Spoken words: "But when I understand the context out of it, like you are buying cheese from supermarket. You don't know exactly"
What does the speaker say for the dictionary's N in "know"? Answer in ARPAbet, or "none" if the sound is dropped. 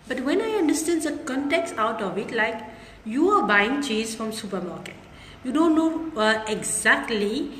N